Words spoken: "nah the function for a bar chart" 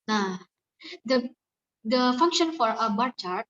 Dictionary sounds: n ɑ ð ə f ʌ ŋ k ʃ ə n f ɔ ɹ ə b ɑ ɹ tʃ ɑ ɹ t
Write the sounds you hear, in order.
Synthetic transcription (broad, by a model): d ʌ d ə f ʌ ŋ k ʃ ə n f ɔ ɹ ə b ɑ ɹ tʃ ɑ ɹ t